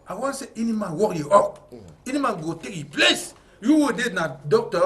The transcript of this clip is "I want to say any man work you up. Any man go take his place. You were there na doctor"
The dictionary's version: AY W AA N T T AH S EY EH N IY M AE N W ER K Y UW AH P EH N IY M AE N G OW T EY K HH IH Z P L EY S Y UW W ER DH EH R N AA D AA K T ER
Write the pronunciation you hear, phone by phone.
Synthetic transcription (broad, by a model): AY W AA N S EY EH N IY M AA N W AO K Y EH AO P EH N IY M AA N G OW T EY K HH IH P L EY S Y UW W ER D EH N AA D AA K T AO